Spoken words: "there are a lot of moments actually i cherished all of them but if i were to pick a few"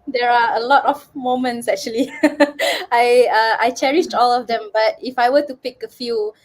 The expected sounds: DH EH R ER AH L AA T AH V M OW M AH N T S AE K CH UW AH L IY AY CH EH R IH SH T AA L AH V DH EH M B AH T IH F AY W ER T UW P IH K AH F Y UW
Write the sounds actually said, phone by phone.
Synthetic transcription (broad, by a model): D EH R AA AH L AA T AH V M OW M AH N T S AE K CH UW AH L IY AY CH EH R IH SH T AA L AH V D EH M B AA T IH F AY W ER T UW P IH K AH F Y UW